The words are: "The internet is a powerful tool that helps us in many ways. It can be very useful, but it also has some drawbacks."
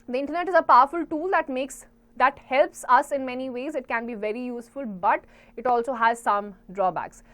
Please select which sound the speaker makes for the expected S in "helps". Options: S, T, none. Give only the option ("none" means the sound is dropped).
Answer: S